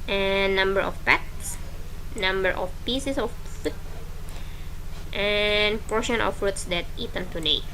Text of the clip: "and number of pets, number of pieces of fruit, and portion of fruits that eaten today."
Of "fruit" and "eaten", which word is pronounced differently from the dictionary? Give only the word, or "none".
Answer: fruit